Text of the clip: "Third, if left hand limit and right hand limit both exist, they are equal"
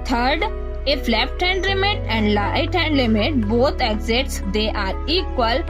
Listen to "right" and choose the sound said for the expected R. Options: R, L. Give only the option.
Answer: L